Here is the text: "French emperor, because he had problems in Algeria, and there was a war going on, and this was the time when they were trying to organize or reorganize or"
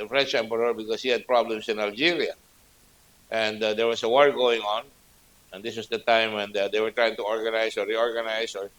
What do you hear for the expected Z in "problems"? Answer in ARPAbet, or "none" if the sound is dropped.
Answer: S